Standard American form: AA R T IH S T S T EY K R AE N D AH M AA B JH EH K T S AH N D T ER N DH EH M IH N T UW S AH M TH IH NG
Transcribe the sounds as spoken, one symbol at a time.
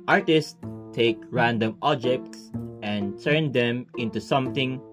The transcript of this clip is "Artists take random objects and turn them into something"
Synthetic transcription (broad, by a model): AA R T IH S S T EY K R AE N D AH M AA B JH EH K T S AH N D T ER N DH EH M IH N T UW S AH M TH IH NG